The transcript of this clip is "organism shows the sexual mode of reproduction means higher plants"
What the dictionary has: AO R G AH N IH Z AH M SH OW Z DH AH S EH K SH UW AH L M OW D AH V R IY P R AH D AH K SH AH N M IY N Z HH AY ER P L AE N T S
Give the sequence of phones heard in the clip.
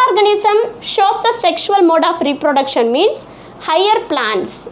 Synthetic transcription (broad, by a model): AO R G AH N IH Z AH M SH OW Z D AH S EH K SH UW AH L M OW D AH F R IY P R AH D AH K SH AH N M IY N S HH AY ER P L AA N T S